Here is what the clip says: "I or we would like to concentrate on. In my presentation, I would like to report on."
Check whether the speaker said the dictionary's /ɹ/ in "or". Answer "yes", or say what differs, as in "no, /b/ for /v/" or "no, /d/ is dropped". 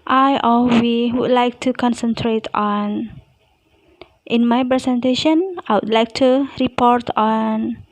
no, /l/ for /ɹ/